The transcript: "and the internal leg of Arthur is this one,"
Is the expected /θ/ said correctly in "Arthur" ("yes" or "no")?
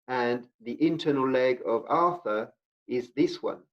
yes